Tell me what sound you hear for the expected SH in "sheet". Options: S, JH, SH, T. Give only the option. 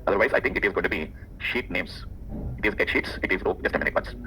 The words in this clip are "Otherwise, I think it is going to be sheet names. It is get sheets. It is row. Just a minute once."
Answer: SH